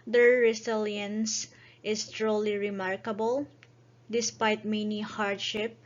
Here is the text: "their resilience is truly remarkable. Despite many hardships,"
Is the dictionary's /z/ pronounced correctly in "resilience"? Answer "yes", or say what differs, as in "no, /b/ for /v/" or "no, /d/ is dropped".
no, /s/ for /z/